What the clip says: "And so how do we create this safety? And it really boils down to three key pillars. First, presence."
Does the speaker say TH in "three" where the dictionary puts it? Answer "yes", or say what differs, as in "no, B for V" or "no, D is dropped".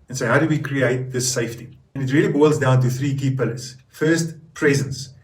yes